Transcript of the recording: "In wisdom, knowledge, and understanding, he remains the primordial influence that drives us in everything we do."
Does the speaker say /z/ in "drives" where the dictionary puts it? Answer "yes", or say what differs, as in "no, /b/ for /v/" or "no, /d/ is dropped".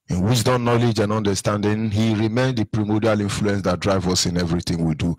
no, /z/ is dropped